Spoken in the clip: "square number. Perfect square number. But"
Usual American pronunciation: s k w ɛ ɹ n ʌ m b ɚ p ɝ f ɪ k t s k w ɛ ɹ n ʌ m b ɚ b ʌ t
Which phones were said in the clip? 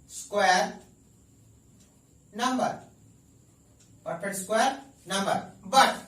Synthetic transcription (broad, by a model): s k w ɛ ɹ n ʌ m b ɚ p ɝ p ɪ t s k w ɛ ɹ n ʌ m b ɚ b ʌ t